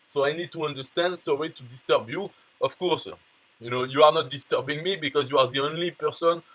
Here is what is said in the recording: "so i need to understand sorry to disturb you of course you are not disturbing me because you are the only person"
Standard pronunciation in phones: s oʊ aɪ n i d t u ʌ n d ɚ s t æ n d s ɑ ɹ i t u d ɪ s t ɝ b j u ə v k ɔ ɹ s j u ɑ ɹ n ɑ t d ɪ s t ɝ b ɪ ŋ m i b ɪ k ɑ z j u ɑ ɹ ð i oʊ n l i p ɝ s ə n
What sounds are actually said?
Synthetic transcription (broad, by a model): s oʊ aɪ n i d t u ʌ n d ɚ s t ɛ n d s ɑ w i t u d ɪ s t ɝ b j u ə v k ɔ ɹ s j u ɑ ɹ n ɑ t d ɪ s t ɝ b ɪ ŋ m i b ɪ k ɑ z j u ɑ ɹ ð i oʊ n l i p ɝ s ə n